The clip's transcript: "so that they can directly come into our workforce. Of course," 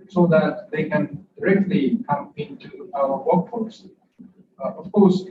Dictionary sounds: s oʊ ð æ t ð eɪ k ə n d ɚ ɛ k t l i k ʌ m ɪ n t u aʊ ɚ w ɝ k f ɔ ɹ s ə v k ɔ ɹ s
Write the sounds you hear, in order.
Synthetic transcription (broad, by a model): s oʊ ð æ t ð eɪ k ə n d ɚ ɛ k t l i k ʌ m ɪ n t u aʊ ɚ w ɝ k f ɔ l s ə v k ɔ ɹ s